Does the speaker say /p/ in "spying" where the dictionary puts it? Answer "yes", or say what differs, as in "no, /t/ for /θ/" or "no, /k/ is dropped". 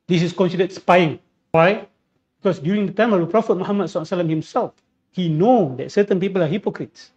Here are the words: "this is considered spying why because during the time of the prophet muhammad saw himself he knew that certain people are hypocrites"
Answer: yes